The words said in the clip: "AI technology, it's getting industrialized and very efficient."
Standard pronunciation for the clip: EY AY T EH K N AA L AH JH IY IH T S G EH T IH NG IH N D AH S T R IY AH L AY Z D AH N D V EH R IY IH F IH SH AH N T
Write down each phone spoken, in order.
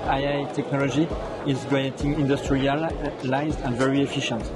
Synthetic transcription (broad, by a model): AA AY T EH K N AA L AH JH IY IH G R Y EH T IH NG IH N D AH S T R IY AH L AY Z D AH N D V EH R IY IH F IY SH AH N T